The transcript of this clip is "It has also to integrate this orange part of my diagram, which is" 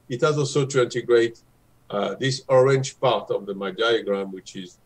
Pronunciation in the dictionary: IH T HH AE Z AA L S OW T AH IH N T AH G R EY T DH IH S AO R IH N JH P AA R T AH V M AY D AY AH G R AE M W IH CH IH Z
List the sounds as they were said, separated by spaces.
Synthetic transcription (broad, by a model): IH T HH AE Z AA L S OW T AH IH N T AH G R EY T DH IH S AO R IH N JH P AA R T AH V M AY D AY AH G R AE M W IH CH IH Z